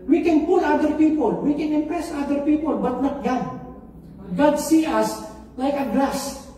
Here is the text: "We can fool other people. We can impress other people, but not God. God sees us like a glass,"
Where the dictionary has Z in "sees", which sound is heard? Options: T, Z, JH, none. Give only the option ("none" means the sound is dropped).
none